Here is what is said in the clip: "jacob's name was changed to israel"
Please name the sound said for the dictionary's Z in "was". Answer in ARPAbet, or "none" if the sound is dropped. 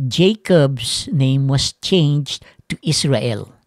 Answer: S